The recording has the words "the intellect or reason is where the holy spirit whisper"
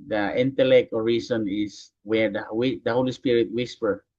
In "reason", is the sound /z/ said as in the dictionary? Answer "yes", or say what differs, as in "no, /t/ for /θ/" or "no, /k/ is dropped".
no, /s/ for /z/